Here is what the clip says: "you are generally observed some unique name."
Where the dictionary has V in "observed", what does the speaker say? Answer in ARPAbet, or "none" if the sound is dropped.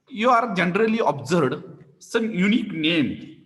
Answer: none